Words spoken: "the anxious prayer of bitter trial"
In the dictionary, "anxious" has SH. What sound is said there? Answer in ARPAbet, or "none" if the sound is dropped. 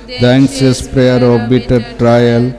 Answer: S